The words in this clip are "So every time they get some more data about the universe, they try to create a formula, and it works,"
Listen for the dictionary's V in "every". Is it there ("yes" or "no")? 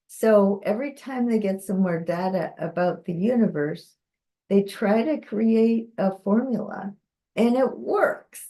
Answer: yes